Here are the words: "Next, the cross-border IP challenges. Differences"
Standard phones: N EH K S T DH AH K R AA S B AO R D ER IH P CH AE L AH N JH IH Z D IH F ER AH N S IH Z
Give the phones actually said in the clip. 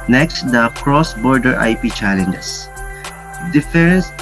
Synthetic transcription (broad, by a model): N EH K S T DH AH K R AA S B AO R D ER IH P CH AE L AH N JH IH S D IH F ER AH N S